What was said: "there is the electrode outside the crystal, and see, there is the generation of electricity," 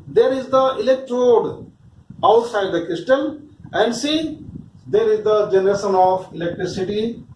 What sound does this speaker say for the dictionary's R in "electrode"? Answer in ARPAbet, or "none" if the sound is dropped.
R